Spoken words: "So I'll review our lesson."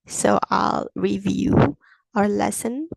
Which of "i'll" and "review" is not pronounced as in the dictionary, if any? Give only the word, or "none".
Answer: none